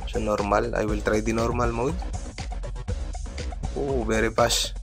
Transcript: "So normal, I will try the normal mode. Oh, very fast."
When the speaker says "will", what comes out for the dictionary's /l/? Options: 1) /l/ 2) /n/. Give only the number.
1